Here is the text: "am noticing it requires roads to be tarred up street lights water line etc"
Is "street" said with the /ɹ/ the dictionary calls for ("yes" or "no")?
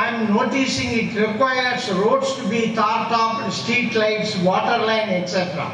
no